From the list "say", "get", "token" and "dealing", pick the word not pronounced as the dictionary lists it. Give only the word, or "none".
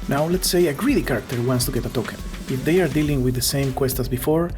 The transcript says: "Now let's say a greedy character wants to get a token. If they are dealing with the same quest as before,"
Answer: token